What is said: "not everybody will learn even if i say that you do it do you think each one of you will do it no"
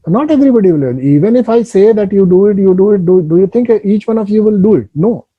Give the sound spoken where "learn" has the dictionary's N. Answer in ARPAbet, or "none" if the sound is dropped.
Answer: none